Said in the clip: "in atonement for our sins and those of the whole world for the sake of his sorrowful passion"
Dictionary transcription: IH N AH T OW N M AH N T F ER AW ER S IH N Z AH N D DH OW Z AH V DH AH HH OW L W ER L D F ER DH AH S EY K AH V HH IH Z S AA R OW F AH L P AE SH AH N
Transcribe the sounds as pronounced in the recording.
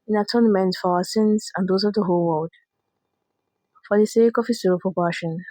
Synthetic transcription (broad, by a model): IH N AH T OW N M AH N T F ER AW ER S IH N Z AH N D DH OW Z AH V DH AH HH OW L W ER L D F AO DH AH S EY K AH V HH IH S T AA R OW P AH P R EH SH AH N